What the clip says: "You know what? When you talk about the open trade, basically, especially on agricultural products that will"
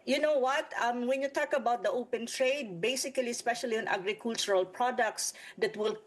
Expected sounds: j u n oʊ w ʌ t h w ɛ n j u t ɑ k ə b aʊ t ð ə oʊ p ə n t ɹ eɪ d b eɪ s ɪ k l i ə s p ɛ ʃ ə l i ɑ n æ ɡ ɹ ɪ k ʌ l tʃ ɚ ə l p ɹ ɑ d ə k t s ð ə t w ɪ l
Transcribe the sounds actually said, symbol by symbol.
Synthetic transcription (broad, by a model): j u n oʊ w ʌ t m w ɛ n j u t ɑ k ə b aʊ t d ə oʊ p ə n t ɹ eɪ d b eɪ s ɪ k l i ə s p ɛ ʃ ə l i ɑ n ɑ ɡ ɹ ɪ k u l tʃ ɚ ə l p ɹ ɑ d ə k t s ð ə t w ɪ l